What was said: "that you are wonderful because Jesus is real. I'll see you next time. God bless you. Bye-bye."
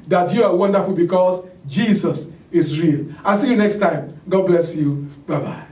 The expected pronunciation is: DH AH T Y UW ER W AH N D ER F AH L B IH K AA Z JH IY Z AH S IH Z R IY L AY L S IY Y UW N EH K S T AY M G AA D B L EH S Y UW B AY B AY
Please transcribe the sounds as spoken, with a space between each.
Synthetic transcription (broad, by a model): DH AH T Y UW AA W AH N D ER F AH L B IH K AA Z JH IY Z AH S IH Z R IY L AY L S IY Y UW N EH K S T AY M G AA D B L EH S Y UW B AY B AY